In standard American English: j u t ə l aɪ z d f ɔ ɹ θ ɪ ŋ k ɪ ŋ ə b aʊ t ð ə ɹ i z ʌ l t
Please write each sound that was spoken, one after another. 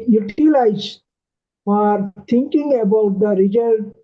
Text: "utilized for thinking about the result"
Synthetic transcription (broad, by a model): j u t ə l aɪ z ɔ ɹ t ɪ ŋ k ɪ ŋ ə b aʊ t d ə ɹ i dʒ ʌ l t